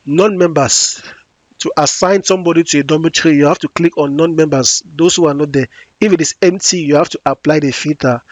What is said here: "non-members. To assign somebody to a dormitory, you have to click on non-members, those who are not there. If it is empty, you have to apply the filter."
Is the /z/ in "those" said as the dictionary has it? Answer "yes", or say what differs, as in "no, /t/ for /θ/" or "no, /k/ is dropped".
no, /s/ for /z/